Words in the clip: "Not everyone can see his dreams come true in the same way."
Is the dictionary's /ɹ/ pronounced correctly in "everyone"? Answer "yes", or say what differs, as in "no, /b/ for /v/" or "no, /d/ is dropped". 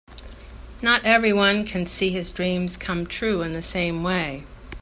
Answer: yes